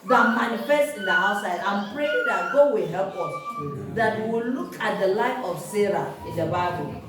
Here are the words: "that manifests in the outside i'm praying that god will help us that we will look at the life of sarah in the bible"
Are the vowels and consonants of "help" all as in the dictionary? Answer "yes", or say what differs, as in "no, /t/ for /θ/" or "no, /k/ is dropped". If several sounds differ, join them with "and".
yes